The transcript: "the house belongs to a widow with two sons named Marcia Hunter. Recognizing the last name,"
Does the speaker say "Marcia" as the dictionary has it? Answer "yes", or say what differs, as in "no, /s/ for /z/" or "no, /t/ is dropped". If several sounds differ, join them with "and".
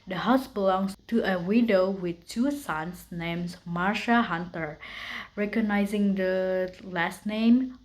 yes